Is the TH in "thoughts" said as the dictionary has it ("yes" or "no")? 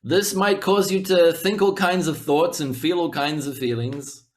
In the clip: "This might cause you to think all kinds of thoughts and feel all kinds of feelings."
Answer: yes